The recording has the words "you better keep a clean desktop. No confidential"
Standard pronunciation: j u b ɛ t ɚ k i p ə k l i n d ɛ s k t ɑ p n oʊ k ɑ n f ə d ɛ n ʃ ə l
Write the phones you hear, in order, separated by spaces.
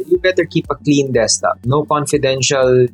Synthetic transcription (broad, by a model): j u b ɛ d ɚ k i p ə k l i n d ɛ s t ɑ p n oʊ k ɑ n f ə d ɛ n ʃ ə l